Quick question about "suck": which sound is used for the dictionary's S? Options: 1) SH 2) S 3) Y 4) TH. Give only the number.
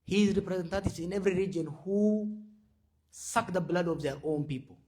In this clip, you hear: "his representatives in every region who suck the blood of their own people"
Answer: 2